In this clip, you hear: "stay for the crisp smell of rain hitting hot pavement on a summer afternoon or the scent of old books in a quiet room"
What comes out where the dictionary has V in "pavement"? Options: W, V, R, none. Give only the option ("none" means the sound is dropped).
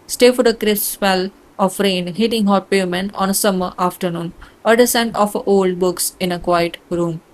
none